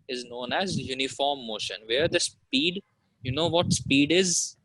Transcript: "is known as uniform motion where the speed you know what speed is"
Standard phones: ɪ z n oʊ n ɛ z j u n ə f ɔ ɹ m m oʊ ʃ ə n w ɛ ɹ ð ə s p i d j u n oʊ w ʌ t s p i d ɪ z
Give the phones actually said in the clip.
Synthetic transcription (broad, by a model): ɪ z n oʊ n ɛ z j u n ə f ɔ ɹ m m oʊ ʃ ə n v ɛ ɹ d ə s p i d j u n oʊ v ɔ t s p i d ɪ z